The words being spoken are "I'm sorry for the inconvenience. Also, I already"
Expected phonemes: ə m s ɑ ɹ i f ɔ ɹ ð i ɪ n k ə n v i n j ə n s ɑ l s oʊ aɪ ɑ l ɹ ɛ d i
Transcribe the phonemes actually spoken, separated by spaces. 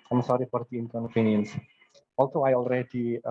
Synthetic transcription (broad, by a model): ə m s ɑ ɹ i f ɔ ɹ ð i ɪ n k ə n p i n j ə n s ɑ l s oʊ aɪ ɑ l ɹ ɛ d i